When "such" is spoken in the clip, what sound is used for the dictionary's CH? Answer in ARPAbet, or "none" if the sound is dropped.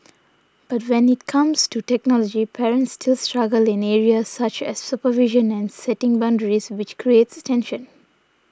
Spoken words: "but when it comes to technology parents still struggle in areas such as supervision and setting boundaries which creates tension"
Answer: CH